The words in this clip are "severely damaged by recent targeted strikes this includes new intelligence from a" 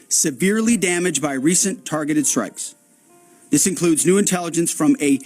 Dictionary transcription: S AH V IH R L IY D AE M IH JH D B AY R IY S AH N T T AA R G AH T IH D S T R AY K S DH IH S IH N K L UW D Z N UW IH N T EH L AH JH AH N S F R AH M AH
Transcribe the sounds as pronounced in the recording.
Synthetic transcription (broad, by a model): S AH V IH R L IY D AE M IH JH B AY R IY S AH N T T AA R G AH T IH D S T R AY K S DH IH S IH N K L UW D Z N UW IH N T EH L AH JH AH N S F R AH M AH